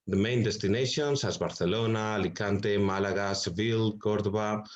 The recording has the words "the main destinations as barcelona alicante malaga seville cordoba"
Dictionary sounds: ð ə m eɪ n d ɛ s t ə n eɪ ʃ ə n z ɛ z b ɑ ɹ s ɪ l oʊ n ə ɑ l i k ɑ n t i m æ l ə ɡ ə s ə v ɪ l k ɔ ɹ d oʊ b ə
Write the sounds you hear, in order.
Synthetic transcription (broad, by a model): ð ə m eɪ n d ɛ s t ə n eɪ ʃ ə n s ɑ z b ɑ ɹ θ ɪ l oʊ n ɑ l i k ɑ n t i m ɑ l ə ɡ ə s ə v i l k ɔ ɹ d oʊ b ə